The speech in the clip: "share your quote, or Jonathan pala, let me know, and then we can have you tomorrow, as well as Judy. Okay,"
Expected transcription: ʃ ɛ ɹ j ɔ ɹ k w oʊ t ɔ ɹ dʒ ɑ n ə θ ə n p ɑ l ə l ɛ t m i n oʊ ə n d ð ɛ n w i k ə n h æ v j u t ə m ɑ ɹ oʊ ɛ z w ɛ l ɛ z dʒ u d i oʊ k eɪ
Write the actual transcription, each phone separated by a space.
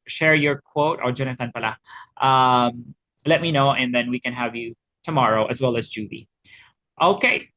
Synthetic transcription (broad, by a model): ʃ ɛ ɹ j ɔ ɹ k w oʊ t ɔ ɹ dʒ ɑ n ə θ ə n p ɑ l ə l ɛ t m i n oʊ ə n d ð ɛ n w i k ə n h æ v j u t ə m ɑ ɹ oʊ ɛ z w ɛ l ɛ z dʒ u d i oʊ k eɪ